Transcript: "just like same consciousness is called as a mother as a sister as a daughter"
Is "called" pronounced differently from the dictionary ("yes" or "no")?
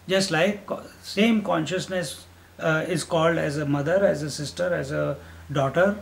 no